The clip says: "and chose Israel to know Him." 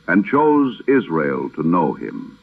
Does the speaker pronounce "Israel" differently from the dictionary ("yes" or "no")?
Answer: no